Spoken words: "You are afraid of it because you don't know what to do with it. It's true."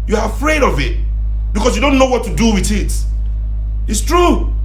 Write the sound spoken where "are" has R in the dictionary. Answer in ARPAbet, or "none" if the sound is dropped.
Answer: R